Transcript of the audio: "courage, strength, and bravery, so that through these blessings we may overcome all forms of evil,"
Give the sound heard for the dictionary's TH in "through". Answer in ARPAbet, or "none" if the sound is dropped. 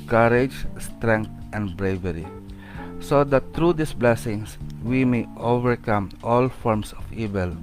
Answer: T